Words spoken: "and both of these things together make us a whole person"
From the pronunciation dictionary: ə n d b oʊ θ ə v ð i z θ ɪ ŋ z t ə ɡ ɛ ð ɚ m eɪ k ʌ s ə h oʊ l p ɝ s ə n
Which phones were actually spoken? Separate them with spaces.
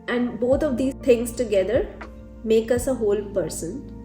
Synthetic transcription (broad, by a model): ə n d b oʊ t ə v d i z t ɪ ŋ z t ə ɡ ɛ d ɚ m eɪ k ʌ s ə h oʊ l p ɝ s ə n